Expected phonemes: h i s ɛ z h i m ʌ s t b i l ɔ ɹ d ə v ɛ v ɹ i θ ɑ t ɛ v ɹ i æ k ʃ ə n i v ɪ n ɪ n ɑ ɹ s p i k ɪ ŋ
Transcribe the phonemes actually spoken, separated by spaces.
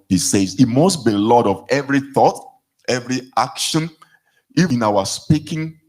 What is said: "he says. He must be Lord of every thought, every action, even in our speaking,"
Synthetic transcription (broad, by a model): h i s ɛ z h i m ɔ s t b i l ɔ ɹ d ə v ɛ v ɹ i θ ɑ t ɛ v ɹ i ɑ k ʃ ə n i ɪ n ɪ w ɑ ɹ s p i k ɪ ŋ